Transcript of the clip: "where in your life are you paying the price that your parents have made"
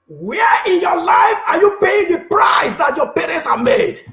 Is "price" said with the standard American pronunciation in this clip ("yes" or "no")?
yes